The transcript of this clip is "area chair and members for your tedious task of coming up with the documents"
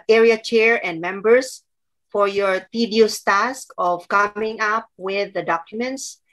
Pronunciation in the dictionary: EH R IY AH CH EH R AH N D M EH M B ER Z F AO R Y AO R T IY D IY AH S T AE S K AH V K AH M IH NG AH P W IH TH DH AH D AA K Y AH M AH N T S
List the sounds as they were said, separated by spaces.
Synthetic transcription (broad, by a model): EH R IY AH CH EH R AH N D M EH M B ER S F AO R Y AO R T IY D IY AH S T AE S K AH V K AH M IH NG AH P W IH DH AH D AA K Y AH M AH N T S